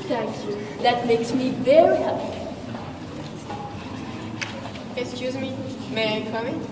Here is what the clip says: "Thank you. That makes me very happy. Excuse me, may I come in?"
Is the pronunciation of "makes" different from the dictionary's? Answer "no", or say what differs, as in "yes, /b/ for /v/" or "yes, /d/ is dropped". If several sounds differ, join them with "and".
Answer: no